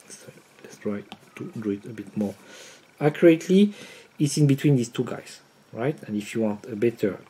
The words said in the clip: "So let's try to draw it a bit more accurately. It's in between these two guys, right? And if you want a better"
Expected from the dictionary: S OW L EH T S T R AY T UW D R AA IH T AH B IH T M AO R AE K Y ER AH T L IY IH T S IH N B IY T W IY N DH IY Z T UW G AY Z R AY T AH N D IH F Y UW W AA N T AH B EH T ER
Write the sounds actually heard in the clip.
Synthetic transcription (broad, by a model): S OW L EH T S T R AY T UW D UW IH T AH B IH T M AO R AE K Y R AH T L IY IH T S IH N B IY T W IY N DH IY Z T UW G AY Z R AY T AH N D IH F Y UW W AA N T AH B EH T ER